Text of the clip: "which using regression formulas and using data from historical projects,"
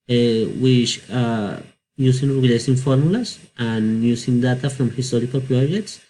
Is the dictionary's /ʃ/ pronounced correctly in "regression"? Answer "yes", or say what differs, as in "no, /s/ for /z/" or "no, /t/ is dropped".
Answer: no, /s/ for /ʃ/